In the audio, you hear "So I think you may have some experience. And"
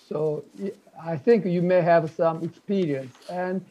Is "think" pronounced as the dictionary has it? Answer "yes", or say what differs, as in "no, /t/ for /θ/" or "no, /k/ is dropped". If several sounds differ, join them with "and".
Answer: yes